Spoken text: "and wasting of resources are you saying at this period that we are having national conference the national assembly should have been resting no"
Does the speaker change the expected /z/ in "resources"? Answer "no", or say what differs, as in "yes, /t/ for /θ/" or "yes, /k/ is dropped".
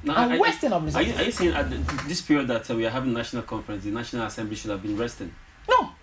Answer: yes, /z/ is dropped